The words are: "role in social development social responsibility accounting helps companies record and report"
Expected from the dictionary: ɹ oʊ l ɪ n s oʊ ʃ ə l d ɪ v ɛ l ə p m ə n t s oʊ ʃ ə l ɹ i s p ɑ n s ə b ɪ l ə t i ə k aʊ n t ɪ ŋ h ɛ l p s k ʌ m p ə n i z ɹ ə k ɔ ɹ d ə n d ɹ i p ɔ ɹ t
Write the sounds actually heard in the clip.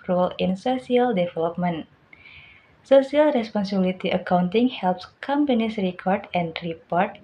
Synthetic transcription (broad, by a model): ɹ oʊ l ɪ n s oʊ s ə l d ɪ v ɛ l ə p m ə n s oʊ s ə l ɹ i s p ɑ n s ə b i l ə t i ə k aʊ n t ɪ ŋ h ɛ l p s k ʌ m p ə n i s ɹ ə k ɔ ɹ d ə n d ɹ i p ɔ ɹ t